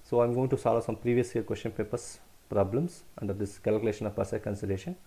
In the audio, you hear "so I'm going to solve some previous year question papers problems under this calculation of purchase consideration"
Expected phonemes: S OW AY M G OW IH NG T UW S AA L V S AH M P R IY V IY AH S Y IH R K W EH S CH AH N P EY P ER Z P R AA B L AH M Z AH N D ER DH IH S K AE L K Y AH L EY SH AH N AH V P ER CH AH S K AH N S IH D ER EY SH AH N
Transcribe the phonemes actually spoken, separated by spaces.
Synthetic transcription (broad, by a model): S OW AY M G OW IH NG T UW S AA L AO S AH M P R IY V IY AH S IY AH K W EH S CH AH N P EY P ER S P R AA B L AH M S AH N D ER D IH S K AE L K Y AH L EY SH AH N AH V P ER S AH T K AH N S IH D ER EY SH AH N